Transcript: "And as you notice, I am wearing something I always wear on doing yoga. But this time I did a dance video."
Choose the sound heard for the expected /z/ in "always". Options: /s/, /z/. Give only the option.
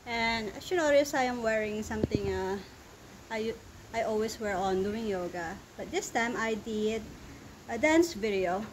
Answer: /s/